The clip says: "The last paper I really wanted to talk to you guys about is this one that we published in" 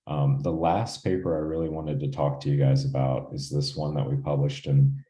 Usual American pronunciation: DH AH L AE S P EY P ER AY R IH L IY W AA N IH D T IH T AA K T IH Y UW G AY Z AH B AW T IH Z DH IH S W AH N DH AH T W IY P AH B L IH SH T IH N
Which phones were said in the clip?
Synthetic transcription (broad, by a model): DH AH L AE S P EY P ER AY R IH L IY W AA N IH D T IH T AA K T IH Y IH G AY Z AH B AW T IH Z DH IH S W AH N DH AH T W IY P AH B L IH SH T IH N